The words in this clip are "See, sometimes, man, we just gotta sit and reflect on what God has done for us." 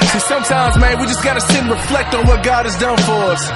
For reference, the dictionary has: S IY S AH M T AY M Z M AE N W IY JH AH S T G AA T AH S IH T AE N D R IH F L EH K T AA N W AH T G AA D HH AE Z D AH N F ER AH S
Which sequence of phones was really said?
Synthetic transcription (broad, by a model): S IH S AH M T AY M Z M AE N W IY JH AH S G AA T AH S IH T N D R IH F L EH K T N W AH T G AA D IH Z D AH N F ER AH S